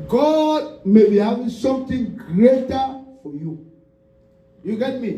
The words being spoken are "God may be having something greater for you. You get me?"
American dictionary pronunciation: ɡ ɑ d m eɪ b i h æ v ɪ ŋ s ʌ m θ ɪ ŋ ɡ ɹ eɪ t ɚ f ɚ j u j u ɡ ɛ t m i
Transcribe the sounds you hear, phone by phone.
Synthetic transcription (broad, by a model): ɡ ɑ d m eɪ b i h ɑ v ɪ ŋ s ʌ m t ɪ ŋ ɡ ɹ eɪ t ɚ f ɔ j u j u ɡ ɛ t m i